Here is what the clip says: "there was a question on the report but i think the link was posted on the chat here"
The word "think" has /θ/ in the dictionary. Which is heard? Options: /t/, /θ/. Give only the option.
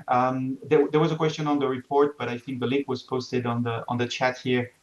/θ/